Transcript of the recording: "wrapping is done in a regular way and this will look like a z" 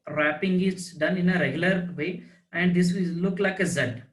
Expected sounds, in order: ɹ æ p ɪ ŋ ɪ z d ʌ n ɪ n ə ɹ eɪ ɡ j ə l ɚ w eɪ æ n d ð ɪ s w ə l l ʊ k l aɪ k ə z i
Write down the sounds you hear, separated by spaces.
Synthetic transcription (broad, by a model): ɹ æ p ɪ ŋ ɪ s d ʌ n ɪ n ə ɹ eɪ ɡ j ə l ɚ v eɪ æ n d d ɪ s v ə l l ʊ k l aɪ k ə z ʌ